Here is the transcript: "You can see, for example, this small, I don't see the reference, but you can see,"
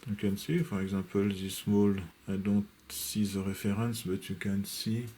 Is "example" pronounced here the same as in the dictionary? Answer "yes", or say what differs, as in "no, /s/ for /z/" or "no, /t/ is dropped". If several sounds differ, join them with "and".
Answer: no, /m/ is dropped